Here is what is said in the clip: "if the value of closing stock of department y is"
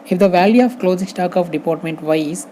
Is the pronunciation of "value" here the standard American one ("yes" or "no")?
yes